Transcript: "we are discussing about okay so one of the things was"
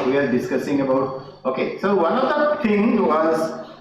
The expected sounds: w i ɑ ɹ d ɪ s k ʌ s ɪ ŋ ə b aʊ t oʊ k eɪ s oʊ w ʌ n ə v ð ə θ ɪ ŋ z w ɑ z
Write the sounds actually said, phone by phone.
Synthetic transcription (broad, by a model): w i ɑ ɹ d ɪ s k ʌ s ɪ ŋ ə b aʊ t oʊ k eɪ s oʊ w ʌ n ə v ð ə t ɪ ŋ w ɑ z